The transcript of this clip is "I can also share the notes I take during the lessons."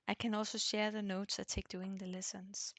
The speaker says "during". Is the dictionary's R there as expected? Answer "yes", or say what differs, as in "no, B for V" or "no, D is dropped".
no, R is dropped